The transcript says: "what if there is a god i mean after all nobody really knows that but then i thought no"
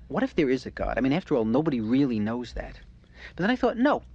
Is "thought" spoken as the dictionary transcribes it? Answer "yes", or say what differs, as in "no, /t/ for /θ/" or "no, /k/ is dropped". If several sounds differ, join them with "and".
yes